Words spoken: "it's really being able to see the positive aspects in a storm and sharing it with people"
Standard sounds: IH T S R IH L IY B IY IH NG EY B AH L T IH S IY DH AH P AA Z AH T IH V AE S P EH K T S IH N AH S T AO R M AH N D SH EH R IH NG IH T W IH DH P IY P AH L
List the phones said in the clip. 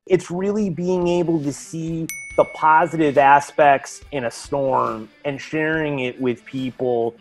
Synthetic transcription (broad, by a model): IH T S R IH L IY B IY IH NG EY B L T IH S IY DH AH P AA Z AH T IH V AE S P EH K T S IH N AH S T AO R M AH N SH EH R IH NG IH T W IH DH P IY P L